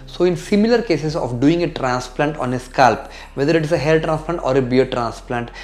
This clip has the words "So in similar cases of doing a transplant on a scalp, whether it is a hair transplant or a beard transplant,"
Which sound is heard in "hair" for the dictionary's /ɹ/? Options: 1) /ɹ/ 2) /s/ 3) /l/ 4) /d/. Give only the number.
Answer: 3